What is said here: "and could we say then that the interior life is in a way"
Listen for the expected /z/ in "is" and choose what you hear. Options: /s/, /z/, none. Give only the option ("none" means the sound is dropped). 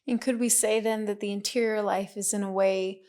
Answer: /z/